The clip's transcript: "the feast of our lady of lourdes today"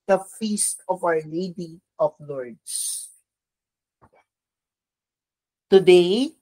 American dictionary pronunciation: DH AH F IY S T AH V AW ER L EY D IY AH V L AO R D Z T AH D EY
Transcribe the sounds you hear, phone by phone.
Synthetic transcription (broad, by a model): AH F IY S T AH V AW ER L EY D IY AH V L AO R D S T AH D EY